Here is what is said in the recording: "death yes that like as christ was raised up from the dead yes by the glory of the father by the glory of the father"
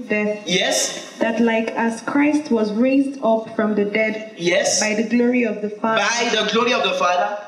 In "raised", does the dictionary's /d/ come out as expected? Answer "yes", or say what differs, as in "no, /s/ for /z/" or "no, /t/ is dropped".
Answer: yes